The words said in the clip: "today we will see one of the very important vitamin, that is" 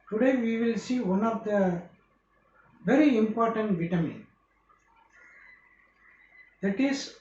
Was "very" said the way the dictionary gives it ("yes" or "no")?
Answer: yes